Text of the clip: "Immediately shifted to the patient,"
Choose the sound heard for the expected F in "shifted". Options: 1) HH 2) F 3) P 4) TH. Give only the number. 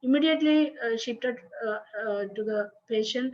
3